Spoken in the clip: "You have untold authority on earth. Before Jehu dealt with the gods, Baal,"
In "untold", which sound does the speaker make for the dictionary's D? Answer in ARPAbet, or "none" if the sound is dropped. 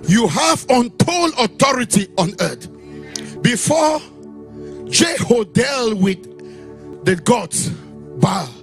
none